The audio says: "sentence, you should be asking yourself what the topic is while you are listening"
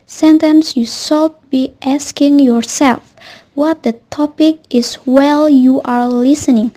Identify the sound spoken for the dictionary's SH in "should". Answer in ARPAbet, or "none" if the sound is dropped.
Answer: S